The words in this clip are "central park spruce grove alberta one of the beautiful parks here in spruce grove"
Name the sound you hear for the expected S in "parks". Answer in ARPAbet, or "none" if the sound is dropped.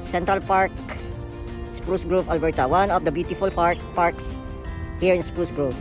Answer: S